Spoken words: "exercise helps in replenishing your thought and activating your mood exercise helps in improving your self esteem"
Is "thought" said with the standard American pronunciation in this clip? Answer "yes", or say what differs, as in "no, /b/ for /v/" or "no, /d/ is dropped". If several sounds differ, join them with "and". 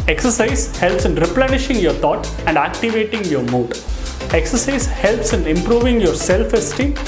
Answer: no, /t/ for /θ/